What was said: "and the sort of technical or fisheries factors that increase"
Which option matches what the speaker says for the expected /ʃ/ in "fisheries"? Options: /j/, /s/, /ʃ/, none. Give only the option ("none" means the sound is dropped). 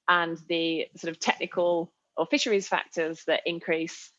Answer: /ʃ/